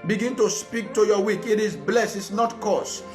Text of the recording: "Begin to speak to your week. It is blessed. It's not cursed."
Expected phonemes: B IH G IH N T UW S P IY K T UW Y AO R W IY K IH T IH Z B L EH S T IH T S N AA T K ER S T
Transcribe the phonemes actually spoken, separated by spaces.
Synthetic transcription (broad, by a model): B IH G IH N T UW S P IY K T UW Y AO W IY K IH T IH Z B L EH S IH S N AA T K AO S